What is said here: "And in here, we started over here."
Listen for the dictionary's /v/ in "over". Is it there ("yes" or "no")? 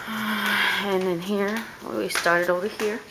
no